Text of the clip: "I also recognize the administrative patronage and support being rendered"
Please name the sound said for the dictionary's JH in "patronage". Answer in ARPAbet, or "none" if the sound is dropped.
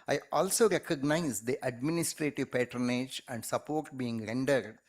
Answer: JH